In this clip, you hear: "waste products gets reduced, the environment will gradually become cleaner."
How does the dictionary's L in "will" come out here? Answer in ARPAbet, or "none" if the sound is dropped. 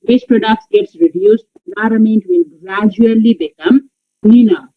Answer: N